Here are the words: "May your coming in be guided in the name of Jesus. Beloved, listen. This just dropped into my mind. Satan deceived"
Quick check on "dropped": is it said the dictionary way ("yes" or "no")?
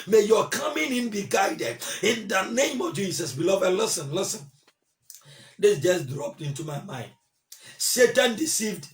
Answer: yes